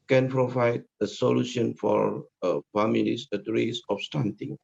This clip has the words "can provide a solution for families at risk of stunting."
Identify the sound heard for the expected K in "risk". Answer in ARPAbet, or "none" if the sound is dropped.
none